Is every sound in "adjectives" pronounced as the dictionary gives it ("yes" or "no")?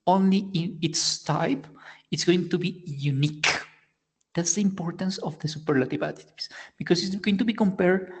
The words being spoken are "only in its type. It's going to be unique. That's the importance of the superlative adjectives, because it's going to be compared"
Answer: no